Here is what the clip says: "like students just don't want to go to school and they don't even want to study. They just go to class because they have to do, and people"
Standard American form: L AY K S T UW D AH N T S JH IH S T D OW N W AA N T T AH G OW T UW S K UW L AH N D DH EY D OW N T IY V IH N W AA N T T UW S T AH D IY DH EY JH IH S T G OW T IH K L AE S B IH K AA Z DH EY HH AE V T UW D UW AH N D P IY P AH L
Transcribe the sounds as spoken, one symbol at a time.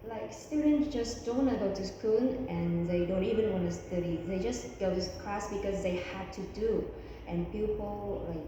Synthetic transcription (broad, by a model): L AY K S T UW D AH N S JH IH S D OW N N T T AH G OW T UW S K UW N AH N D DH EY D OW N T IY V IH N W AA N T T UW S T AH D IY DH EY JH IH S G OW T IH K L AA S B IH K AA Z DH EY HH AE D T UW D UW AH N P IY P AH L